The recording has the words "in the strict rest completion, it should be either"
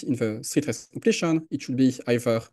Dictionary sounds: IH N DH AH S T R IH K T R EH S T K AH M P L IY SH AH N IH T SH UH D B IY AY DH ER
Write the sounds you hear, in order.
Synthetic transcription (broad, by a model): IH N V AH S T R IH T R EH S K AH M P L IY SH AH N IH T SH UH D B IY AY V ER